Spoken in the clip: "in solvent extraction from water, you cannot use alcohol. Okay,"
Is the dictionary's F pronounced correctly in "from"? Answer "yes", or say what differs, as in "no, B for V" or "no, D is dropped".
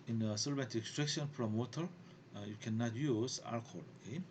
no, P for F